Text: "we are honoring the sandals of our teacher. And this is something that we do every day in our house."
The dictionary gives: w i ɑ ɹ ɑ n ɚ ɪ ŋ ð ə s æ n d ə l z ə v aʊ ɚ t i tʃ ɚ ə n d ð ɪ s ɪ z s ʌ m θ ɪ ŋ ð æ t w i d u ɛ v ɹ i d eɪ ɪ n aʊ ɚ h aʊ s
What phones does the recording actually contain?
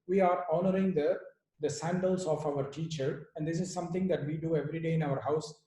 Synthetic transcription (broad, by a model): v i ɑ ɹ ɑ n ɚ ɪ ŋ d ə s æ n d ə l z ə f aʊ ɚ t i tʃ ɚ ə n d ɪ s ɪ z s ʌ m t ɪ ŋ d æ t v i d u ɛ v ɹ i d eɪ ɪ n aʊ ɚ h aʊ s